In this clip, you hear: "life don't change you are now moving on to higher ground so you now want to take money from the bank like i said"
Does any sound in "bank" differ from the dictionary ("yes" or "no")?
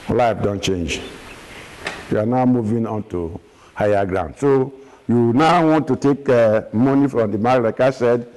yes